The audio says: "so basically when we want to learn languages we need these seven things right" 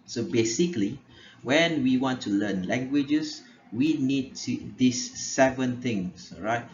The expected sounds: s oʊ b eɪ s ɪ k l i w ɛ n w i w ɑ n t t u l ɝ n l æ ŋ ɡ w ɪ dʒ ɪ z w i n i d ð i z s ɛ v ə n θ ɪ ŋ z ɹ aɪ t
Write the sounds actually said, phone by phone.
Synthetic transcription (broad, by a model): s oʊ b eɪ s ɪ k l i w ɛ n w i w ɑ n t t u l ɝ n l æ ŋ ɡ w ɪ dʒ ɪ s w i n i d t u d s ɛ v ə n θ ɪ ŋ s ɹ aɪ t